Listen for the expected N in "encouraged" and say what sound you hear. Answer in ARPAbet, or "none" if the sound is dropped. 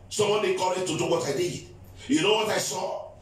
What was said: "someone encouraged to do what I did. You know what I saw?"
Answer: none